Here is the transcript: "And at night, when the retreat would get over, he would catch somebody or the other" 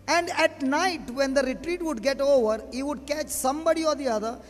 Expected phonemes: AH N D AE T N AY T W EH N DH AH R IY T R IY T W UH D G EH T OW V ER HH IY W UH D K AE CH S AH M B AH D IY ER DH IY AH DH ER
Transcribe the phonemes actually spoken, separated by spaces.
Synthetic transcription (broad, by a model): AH N D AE T N AY T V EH N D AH R IY T R IY T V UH D G EH T OW V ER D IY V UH D K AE CH S AH M B AH D IY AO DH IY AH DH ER